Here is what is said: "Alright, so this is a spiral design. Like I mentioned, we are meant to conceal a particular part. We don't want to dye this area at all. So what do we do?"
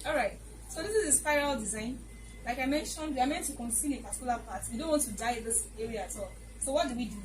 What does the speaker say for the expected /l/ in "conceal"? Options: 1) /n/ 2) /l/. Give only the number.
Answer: 1